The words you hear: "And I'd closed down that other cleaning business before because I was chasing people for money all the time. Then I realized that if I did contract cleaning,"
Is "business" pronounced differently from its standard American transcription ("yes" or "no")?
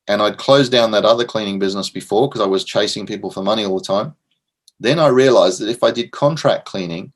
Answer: no